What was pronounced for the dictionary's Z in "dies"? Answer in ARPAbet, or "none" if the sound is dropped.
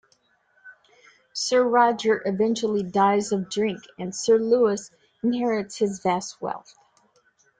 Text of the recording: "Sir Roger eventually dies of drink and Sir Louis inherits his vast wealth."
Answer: Z